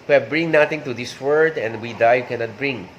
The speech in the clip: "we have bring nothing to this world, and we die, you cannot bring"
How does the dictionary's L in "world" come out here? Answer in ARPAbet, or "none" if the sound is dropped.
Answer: none